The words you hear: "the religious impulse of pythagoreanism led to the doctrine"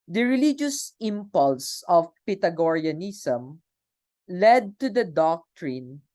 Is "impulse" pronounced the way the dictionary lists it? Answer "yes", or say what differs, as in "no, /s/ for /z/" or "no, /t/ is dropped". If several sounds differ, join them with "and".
yes